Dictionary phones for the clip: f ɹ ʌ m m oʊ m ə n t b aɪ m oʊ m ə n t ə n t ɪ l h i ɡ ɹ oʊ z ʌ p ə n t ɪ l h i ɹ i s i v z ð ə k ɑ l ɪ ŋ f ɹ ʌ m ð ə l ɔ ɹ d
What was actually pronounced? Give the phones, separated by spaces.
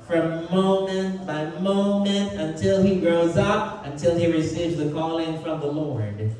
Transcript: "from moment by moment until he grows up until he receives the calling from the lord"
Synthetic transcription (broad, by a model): f ɹ ʌ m m oʊ m ə n t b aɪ m oʊ m ə n t ə n t ɪ l i ɡ ɹ oʊ z ʌ p ə n t ɪ l i ɹ i s i v z ð ə k ɑ l ɪ ŋ f ɹ ʌ m ð ə l ɔ ɹ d